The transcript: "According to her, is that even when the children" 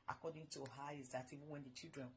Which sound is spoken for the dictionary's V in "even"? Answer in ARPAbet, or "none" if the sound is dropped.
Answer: V